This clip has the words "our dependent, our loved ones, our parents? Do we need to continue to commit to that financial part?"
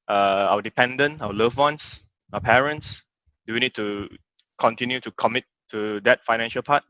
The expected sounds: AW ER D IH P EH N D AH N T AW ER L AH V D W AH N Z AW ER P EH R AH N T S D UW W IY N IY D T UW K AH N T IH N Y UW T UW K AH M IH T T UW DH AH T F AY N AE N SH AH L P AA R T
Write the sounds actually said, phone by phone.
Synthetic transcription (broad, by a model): AW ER D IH P EH N D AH N AW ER L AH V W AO N S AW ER P EH R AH N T S D UW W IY N IY D T UW K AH N T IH N Y UW T UW K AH M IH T T UW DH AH T F AY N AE N SH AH L P AA T